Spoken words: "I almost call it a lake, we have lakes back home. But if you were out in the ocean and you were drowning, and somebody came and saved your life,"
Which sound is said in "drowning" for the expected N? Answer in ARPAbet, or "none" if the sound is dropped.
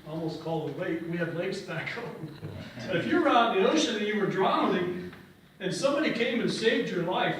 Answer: L